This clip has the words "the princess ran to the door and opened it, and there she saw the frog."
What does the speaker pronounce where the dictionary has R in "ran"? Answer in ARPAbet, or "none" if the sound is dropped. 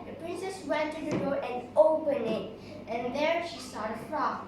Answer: W